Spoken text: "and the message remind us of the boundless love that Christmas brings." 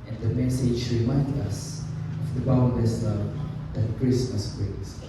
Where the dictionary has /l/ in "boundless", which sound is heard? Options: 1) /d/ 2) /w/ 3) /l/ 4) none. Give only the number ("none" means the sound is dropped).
4